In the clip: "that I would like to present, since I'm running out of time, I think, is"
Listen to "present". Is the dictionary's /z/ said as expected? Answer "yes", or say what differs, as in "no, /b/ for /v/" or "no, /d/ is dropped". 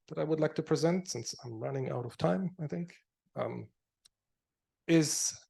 yes